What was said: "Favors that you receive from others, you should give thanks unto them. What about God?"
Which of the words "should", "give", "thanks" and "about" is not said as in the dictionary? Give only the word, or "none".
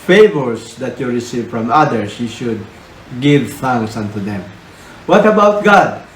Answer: thanks